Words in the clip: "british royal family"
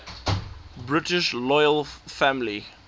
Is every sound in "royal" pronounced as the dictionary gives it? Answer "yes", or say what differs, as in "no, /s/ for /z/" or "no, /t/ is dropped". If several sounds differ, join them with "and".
no, /l/ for /ɹ/